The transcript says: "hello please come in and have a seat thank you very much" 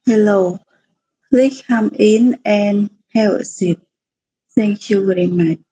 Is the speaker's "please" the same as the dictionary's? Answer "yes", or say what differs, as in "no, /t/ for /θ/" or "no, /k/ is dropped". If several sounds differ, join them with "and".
no, /z/ is dropped